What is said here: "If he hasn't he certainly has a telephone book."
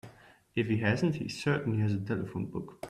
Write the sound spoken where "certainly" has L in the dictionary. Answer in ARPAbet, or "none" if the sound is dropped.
none